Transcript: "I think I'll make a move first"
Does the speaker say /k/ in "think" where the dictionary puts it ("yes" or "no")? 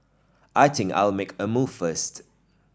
no